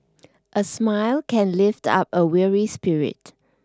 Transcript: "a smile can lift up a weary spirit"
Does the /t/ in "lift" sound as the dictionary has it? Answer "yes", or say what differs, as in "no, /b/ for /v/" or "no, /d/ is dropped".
yes